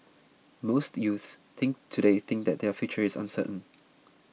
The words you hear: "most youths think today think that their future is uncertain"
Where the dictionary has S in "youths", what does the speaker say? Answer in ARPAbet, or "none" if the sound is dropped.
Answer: S